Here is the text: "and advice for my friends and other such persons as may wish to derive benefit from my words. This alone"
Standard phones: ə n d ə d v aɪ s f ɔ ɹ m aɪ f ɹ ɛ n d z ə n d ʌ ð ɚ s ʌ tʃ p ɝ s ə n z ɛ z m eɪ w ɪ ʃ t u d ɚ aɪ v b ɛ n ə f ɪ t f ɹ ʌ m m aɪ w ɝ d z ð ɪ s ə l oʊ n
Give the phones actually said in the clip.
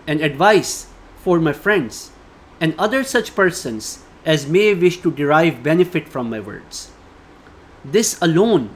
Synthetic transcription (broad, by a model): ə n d ə d v aɪ s f ɔ ɹ m aɪ f ɹ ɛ n d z ə n d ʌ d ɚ s ʌ tʃ p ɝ s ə n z ɛ z m eɪ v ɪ ʃ t u d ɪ aɪ v b ɛ n ə f ɪ t f ɹ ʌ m m aɪ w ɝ d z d ɪ s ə l oʊ n